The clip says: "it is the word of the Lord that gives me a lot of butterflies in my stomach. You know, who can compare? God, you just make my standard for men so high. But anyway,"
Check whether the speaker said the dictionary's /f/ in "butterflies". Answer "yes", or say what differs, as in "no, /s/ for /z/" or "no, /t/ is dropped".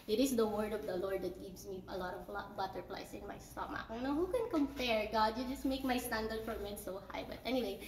no, /p/ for /f/